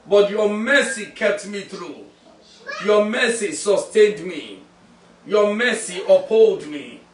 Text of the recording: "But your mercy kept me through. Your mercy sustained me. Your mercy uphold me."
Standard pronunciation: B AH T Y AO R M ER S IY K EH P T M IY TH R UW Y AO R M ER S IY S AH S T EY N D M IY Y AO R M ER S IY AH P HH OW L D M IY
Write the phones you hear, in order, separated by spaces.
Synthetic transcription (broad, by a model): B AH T Y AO M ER S IY K EH P T M IY TH R UW Y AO M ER S IY S AH S T EY N D M IY Y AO M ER S IY AH P HH OW L D M IY